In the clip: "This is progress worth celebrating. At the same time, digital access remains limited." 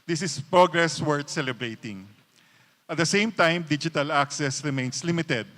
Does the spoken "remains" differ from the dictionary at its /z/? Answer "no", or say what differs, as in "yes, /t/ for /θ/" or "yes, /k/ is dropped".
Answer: yes, /s/ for /z/